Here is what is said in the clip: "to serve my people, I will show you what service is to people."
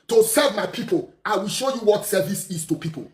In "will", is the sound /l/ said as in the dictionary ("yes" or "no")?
yes